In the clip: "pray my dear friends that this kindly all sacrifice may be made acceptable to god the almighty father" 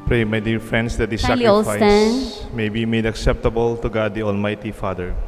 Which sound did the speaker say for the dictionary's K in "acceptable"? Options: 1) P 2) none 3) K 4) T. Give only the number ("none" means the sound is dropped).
3